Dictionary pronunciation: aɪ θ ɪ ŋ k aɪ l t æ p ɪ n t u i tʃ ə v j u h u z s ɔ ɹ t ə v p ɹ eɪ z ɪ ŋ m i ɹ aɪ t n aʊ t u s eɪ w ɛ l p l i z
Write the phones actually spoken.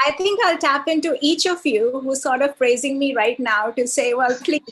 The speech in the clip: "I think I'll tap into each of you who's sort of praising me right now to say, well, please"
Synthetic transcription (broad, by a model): aɪ t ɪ ŋ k aɪ l t æ p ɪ n t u i tʃ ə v j u h u s ɔ ɹ t ə v p ɹ eɪ z ɪ ŋ m i ɹ aɪ t n aʊ t u s eɪ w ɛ l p l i